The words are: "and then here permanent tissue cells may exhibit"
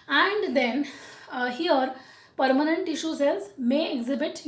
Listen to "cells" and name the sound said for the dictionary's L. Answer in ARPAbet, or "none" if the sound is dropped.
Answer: none